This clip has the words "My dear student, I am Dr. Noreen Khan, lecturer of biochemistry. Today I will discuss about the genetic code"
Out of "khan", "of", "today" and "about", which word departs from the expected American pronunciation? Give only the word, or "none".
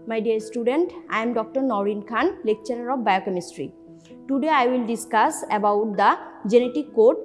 of